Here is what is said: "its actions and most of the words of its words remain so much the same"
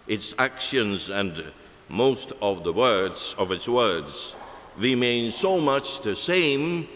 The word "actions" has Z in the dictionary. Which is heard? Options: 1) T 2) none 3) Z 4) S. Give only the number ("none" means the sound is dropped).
3